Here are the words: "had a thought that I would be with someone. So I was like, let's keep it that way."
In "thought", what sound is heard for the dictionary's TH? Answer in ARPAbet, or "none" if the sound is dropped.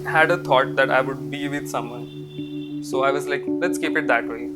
T